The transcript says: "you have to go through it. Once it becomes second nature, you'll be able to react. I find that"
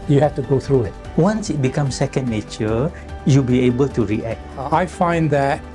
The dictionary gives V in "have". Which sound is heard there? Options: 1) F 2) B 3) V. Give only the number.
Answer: 1